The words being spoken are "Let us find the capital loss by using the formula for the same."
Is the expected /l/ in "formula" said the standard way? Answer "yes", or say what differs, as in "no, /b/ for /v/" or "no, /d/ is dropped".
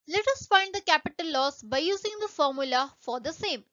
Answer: yes